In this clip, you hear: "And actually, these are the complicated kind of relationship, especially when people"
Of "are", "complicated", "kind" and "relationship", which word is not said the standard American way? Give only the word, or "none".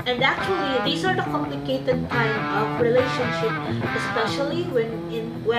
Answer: kind